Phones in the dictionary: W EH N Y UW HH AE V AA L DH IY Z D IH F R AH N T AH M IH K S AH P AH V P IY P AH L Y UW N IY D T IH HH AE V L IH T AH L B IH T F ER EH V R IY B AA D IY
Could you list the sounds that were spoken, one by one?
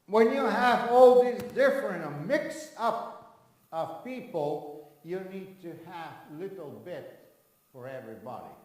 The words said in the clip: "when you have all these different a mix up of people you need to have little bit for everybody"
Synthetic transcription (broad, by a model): W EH N Y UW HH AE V AA L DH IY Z D IH F R AH N T AH M IH K S AH P AH V P IY P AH L Y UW N IY D T IH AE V L IH T L B IH T F ER EH V R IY B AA D IY